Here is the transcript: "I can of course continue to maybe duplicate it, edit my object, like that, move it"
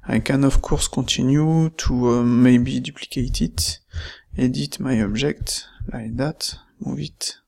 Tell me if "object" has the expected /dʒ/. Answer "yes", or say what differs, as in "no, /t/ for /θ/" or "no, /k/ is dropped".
no, /ʒ/ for /dʒ/